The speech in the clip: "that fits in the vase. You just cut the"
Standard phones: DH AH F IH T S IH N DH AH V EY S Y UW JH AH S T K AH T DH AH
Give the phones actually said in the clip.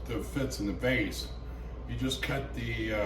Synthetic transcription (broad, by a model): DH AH F IH T S IH N DH AH B EY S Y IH JH AH S K AH T DH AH